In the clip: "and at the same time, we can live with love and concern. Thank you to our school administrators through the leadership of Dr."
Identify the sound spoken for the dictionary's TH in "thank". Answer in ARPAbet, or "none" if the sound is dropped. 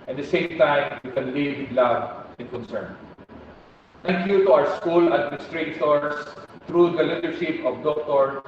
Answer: T